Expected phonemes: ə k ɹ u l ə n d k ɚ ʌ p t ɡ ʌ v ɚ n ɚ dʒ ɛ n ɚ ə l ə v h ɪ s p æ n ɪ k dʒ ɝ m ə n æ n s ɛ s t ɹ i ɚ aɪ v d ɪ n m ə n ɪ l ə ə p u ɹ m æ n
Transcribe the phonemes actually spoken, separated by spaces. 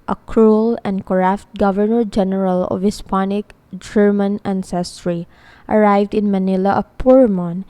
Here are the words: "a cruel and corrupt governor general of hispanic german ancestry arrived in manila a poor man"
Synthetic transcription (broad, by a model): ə k ɹ u l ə n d k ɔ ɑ f t ɡ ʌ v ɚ n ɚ dʒ ɛ n ɚ ə l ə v h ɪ s p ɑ n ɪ k dʒ ɝ m ə n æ n s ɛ s t ɹ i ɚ aɪ v d ɪ n m ə n ɪ l ə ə p u ɹ m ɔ n